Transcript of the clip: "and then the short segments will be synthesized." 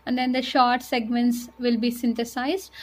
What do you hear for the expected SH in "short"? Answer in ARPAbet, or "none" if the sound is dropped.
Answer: SH